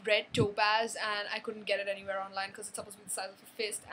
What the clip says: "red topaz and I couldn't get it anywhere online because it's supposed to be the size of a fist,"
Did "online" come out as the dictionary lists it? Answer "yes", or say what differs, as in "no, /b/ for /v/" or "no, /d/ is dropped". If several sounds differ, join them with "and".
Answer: yes